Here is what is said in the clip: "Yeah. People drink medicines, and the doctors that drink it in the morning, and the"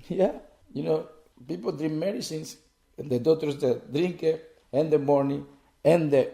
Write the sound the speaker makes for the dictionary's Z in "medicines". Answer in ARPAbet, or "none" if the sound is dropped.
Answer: S